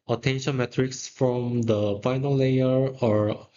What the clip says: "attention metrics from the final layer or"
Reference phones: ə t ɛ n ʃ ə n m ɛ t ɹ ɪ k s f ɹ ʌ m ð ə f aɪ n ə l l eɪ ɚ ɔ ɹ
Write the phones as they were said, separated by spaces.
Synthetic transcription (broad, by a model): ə t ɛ n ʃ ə n m ɛ t ɹ ɪ k s f ɹ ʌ m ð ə f aɪ n ə l l eɪ ɚ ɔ ɹ